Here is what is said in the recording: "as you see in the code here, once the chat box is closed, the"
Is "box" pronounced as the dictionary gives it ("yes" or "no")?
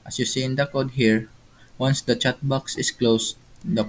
yes